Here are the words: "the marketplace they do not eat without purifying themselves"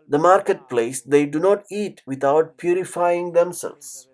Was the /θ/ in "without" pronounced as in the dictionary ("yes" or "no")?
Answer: no